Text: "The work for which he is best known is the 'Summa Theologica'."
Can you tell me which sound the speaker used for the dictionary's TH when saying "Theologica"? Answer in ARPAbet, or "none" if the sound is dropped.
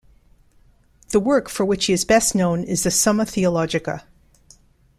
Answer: TH